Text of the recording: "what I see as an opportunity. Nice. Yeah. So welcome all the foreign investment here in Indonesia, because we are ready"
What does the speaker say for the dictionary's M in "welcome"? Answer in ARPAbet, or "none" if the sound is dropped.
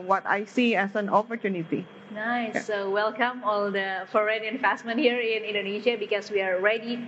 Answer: M